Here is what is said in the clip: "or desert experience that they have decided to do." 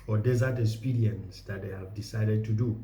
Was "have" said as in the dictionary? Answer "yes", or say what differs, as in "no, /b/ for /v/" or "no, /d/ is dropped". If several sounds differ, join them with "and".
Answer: yes